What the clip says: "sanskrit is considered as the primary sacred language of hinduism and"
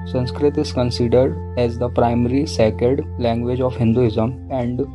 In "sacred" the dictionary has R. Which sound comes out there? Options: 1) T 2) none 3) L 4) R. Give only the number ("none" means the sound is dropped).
2